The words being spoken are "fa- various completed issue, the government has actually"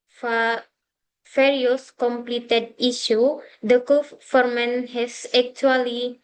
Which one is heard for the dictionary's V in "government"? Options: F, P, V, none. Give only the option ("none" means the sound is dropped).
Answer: F